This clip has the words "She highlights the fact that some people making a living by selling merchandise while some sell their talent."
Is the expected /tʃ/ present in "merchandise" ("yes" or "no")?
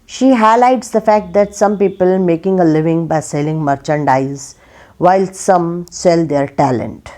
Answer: yes